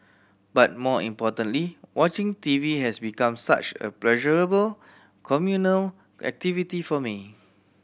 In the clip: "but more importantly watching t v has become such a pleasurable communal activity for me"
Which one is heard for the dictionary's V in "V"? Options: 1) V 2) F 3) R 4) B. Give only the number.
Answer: 1